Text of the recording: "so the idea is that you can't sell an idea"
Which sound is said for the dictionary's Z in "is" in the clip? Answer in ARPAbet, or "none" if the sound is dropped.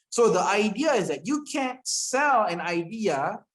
Z